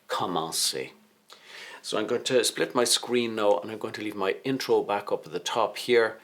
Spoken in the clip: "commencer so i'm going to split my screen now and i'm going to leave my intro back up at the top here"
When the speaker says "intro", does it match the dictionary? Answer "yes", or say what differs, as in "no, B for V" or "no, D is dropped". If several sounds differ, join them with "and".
yes